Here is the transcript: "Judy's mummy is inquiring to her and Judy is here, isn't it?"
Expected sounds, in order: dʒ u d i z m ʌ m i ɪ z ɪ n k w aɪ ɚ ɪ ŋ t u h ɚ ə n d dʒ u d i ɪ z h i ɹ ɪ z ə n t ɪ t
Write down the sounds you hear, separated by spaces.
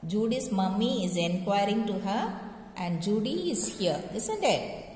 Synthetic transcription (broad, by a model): dʒ u d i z m ʌ m i ɪ z ɪ n k w aɪ ɚ ɪ ŋ t u h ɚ ə n d dʒ u d i ɪ z h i l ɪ s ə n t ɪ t